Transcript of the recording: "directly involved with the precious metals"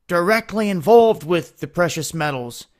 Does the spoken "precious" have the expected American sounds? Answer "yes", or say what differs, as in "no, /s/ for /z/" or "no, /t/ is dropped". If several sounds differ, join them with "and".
yes